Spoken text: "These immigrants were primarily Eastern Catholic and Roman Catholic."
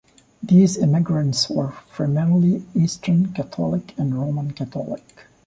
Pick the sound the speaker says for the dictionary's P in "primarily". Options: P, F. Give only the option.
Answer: F